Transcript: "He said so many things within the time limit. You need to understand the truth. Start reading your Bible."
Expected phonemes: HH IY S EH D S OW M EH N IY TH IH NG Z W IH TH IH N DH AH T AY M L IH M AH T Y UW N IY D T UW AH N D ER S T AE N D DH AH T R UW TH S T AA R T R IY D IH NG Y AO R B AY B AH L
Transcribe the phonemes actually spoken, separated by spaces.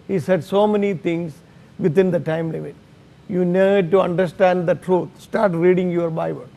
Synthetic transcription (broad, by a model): HH IY S EH D S OW M EH N IY T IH NG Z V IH T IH N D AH T AY M L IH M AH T Y UW N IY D T UW AH N D ER S T AE N D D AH T R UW T S T AA R T R IY D IH NG Y AO R B AY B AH L